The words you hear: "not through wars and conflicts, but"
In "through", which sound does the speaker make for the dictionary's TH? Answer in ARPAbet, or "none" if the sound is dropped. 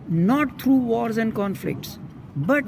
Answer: T